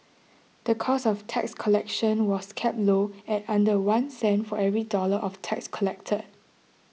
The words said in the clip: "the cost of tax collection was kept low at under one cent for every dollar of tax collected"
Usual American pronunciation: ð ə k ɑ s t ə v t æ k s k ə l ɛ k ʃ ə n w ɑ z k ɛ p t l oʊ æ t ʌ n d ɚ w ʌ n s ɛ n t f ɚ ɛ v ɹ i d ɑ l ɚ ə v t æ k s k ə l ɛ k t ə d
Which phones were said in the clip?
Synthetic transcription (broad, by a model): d ə k ɑ s ə f t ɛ k s k ə l ɛ k ʃ ə n w ɑ s k ɛ p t l oʊ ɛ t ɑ n d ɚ w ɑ n s ɛ n t f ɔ ɛ v ɹ i d ɑ l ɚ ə f t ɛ k s k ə l ɛ k t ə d